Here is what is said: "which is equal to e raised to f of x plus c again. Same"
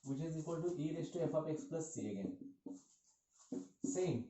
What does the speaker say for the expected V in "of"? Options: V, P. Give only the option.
P